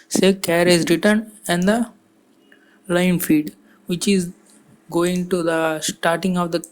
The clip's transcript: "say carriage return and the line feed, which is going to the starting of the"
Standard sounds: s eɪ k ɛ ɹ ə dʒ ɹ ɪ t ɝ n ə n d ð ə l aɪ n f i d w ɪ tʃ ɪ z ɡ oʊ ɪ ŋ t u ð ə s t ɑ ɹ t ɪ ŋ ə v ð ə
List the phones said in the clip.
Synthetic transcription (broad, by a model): s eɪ k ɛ ɹ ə z ɹ ɪ t ɝ n ə n d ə l aɪ n f i d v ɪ tʃ ɪ z ɡ oʊ ɪ ŋ t u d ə s t ɑ ɹ t ɪ ŋ ə v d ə